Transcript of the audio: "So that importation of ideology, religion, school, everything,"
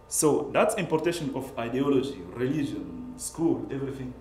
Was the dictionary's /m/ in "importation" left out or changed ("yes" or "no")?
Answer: no